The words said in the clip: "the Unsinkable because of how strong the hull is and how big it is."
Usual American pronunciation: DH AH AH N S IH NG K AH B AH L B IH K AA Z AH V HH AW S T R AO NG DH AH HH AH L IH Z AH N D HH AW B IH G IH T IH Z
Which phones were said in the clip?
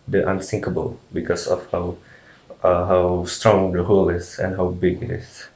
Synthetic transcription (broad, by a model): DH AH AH N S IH NG K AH B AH L B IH K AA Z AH W HH AW S T R AO NG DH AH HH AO L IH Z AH N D HH AW B IH G IH T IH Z